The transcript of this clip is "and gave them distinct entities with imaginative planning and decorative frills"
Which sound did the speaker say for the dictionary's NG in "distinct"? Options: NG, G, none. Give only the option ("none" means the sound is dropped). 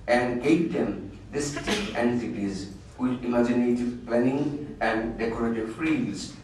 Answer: none